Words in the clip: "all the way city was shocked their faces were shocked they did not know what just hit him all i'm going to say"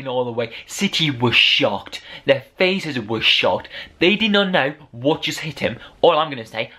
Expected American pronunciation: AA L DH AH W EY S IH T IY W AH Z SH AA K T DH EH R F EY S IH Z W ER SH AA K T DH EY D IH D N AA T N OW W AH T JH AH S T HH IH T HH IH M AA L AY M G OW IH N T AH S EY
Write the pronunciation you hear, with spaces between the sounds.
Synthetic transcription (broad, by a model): AA L DH AH W EY S IH T IY W AH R SH AA K T DH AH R F EY S IH Z W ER SH AA K T DH EY D IH D N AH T N OW W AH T JH AH S T HH IH T HH IH M AA L AY M G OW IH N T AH S EY